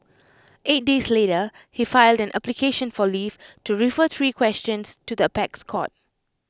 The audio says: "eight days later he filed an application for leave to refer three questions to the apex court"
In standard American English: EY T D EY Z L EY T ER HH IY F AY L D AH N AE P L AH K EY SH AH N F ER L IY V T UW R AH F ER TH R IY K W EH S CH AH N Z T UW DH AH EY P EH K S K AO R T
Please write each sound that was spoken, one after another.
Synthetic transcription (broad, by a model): EY T D EY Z L EY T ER HH IY F AY L D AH N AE P L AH K EY SH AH N F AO L IY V T UW R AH F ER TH R IY K W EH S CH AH N S T UW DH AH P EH K S K AO T